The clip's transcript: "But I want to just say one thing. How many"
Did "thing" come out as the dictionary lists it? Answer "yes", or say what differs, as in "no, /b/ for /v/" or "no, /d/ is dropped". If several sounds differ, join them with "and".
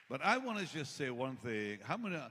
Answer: yes